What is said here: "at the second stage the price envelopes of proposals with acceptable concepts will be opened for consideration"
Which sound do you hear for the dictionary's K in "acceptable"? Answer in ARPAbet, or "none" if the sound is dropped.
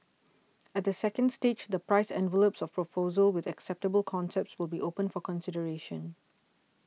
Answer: K